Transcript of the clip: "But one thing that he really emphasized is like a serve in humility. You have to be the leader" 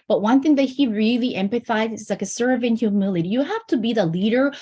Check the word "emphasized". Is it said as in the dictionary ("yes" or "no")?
no